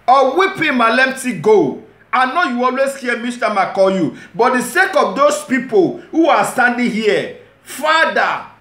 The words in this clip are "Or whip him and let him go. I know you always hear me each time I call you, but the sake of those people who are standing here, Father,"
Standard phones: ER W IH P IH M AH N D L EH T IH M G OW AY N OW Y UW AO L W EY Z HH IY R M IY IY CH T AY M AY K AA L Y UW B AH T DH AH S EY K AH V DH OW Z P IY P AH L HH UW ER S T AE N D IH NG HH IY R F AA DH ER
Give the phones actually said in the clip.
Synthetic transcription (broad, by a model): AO W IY P IH M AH L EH T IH G OW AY N OW Y UW AO L W EY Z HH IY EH M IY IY S T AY M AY K AA L Y UW B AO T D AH S EY K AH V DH OW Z P IY P AH L HH UW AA S T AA N D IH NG HH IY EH F AA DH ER